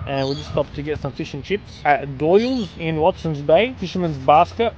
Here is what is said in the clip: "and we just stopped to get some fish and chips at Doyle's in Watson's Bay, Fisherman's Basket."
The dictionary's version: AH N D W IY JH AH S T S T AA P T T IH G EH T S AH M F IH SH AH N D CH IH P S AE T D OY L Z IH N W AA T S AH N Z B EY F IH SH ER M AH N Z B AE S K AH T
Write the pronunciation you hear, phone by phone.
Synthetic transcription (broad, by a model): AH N W IY JH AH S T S T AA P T T IH G EH T S AH M F IH SH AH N CH IH P S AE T D OY L Z IH N W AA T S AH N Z B EY F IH SH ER M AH N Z B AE S K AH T